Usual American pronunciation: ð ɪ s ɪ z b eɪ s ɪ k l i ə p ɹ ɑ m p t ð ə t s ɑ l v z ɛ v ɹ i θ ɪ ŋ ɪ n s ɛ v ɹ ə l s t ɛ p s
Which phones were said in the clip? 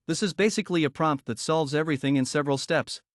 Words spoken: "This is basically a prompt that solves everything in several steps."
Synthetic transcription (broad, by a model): ð ɪ s ɪ z b eɪ s ɪ k l i ə p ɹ ɑ m p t ð ə t s ɑ l v z ɛ v ɹ i θ ɪ ŋ ɪ n s ɛ v ɹ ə l s t ɛ p s